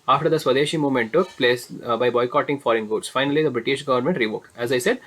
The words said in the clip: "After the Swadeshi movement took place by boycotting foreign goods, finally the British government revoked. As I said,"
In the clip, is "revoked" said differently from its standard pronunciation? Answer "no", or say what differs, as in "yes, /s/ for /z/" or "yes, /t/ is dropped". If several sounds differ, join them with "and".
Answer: no